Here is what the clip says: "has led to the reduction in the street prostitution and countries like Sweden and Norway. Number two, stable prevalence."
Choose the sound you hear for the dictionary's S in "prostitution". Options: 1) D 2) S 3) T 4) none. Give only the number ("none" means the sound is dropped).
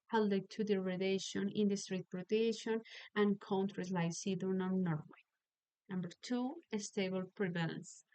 4